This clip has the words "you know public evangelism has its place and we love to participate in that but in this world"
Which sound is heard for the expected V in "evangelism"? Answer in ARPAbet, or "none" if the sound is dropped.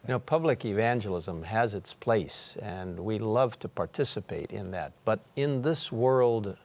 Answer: V